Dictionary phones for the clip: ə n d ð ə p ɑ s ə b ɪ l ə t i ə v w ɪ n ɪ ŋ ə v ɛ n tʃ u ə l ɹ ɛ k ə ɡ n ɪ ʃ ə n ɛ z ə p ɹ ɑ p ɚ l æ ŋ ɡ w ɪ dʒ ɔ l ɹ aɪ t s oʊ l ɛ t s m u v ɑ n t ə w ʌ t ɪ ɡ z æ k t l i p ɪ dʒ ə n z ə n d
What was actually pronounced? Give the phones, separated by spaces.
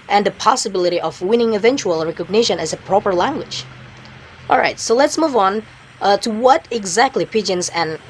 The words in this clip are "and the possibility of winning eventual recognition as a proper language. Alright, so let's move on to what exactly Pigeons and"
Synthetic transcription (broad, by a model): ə n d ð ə p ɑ s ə b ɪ l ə t i ə v w ɪ n ɪ ŋ ə v ɛ n tʃ u ə l ɹ ɛ k ə ɡ n ɪ ʃ ə n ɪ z ə p ɹ ɑ p ɚ l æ ŋ ɡ w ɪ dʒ ɔ l ɹ aɪ t s oʊ l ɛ t s m u v n t ə w ʌ t ɪ ɡ z æ k t l i p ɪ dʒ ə n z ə n